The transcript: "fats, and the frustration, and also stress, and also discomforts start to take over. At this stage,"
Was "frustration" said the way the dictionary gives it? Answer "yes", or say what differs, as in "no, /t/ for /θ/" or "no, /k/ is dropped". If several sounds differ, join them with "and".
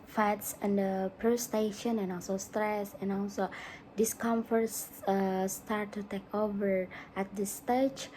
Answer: no, /p/ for /f/ and /ɹ/ is dropped